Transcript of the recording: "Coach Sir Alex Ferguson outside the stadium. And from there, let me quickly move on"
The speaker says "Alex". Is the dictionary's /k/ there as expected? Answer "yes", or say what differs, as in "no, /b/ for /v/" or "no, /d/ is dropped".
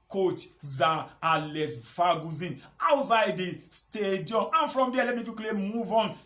no, /k/ is dropped